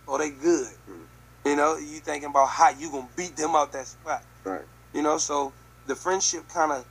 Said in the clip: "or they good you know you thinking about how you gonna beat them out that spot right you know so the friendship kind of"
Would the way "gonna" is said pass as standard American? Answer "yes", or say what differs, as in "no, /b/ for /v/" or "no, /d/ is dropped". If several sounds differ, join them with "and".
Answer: no, /n/ is dropped